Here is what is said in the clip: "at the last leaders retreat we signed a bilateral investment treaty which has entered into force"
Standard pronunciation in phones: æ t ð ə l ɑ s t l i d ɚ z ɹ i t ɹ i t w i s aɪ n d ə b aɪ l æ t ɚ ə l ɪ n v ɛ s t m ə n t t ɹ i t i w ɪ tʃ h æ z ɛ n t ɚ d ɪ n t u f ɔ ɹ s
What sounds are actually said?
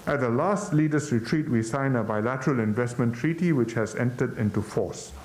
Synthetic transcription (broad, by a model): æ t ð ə l ɑ s t l i d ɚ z ɹ i t ɹ i t w i s aɪ n ə b aɪ l æ t ɚ ə l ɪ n v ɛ s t m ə n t t ɹ i t i w ɪ tʃ h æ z ɛ n t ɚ d ɪ n t u f ɔ s